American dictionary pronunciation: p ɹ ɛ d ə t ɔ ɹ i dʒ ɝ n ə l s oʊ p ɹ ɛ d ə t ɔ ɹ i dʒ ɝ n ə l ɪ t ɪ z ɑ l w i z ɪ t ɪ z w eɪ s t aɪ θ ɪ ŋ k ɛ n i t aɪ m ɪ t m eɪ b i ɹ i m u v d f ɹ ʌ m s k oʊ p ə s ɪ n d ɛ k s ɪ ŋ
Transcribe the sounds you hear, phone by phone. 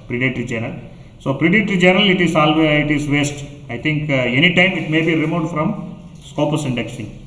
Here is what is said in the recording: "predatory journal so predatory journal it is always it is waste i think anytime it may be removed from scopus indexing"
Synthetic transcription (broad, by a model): p ɹ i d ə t ɹ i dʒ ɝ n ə l s oʊ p ɹ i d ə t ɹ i dʒ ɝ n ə l ɪ t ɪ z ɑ l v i ɪ t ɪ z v eɪ s t aɪ t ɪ ŋ k ɛ n i t aɪ m ɪ t m eɪ b i ɹ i m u d f ɹ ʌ m s k oʊ p ə s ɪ n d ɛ k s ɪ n